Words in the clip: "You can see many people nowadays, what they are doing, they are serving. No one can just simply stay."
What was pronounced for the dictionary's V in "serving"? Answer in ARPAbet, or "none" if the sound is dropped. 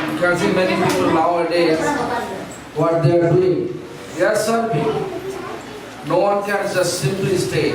P